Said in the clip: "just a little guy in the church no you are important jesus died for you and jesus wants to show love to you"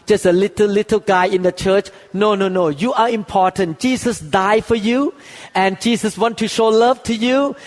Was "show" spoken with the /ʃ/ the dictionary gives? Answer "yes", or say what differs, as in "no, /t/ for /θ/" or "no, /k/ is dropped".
yes